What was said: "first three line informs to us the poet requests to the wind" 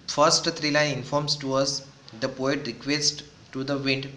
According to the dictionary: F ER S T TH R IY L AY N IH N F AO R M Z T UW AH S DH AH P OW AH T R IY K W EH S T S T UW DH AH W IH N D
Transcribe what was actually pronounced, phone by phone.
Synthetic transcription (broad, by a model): F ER S T T R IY L AY IH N F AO R M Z T UW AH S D AH P OW AH T R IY K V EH S T T UW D AH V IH N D